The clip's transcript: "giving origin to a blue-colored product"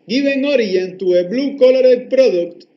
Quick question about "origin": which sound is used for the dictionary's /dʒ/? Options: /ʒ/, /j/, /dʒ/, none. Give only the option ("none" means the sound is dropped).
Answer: none